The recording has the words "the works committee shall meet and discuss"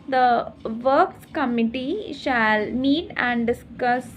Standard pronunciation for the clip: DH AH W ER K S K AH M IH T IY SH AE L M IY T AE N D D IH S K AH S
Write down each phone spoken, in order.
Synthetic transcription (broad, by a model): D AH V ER K S K AH M IH T IY SH AE L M IY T AE N D D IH S K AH S